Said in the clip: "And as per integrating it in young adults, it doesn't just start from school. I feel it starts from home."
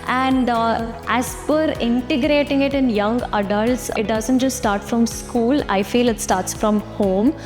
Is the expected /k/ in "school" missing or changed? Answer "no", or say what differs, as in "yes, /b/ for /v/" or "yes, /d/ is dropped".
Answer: no